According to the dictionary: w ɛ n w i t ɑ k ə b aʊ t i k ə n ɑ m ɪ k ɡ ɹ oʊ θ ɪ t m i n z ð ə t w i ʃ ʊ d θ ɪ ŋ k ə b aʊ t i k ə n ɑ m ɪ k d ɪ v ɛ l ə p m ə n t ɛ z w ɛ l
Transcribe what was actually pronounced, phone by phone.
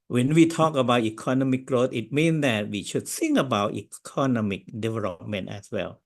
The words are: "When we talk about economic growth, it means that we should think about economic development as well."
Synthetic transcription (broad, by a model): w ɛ n w i t ɑ k ə b aʊ t i k ə n ɑ m ɪ k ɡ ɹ oʊ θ ɪ t m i n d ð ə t w i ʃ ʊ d s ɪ ŋ ə b aʊ t i k ə n ɑ m ɪ k d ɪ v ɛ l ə p m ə n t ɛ s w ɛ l